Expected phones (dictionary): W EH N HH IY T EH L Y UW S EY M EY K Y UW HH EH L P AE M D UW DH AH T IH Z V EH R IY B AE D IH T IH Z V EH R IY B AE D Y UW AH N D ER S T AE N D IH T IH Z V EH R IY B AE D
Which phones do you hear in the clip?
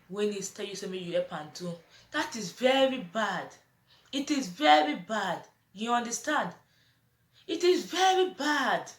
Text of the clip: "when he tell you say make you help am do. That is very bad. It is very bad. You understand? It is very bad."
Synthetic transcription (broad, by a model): W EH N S T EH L Y UW S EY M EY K Y UW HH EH P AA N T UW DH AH T IH Z V EH R IY B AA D IH T IH Z V EH R IY B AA D Y UW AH N D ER S T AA N D IH T IH Z V EH R IY B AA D